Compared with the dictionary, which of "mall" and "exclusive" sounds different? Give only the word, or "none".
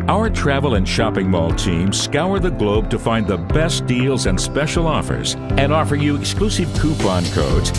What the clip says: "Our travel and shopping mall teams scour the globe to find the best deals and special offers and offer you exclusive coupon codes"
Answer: none